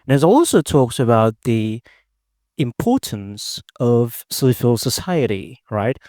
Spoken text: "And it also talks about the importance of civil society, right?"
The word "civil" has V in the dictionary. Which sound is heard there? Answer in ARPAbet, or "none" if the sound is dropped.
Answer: F